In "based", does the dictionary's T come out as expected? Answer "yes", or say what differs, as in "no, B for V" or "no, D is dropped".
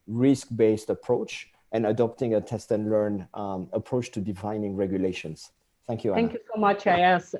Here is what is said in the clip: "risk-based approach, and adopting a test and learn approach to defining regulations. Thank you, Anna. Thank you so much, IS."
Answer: yes